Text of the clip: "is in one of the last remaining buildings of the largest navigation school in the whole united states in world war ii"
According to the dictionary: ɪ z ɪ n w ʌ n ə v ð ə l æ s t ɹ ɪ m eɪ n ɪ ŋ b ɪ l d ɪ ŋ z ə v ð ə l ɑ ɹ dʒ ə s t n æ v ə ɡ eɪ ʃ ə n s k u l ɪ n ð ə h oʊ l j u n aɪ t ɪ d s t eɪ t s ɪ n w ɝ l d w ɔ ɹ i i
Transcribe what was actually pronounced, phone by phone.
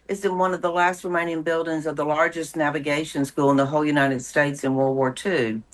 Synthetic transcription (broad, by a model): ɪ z ɪ n w ʌ n ə v ð ə l æ s t ɹ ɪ m eɪ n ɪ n b ɪ l d ɪ ŋ z ə v ð ə l ɑ ɹ dʒ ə s n æ v ə ɡ eɪ ʃ ə n s k u l ɪ n ð ə h oʊ l j u n aɪ t ɪ d s t eɪ t s ɪ n w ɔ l w ɔ ɹ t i